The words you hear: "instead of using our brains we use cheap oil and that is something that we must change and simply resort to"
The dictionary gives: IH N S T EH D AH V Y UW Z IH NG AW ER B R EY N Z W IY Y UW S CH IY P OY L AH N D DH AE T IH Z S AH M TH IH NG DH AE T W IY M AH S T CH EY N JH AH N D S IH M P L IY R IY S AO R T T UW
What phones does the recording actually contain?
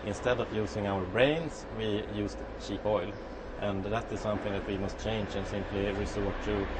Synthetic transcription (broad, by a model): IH N S T EH D AH V Y UW S IH NG AW ER B R EY N S W IY Y UW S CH IY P OY L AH N DH AE T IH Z S AH M TH IH NG DH AE T W IY M AH S T CH EY N JH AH N S IH M P L IY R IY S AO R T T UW